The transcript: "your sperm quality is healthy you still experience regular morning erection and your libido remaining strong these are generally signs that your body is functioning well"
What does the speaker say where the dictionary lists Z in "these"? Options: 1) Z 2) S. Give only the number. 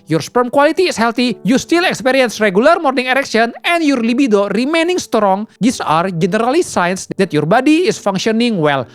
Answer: 2